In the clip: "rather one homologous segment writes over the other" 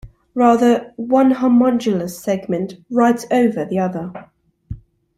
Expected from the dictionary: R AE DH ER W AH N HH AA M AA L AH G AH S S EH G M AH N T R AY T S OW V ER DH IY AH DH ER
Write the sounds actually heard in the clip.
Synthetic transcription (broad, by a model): R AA DH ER W AH N HH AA M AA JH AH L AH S S EH G M AH N T R AY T OW V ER DH IY AH DH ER